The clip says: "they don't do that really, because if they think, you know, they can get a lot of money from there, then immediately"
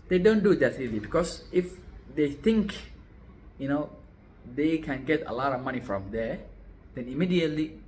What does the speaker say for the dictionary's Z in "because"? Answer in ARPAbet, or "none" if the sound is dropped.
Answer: S